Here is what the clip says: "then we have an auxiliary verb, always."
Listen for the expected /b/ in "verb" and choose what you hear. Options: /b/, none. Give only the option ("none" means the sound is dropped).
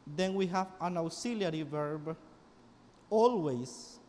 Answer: /b/